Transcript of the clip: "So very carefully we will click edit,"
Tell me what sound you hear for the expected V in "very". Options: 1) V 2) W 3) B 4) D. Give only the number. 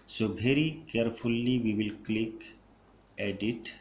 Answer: 3